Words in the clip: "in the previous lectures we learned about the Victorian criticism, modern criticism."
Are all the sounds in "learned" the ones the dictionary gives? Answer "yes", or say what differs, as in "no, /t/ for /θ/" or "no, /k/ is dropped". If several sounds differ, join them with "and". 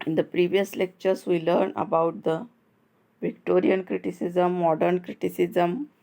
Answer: no, /d/ is dropped